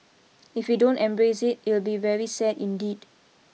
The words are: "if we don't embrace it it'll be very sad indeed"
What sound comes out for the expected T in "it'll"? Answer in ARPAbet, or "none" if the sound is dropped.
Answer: T